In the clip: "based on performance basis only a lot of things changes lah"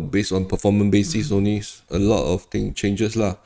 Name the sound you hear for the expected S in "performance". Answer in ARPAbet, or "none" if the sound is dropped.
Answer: none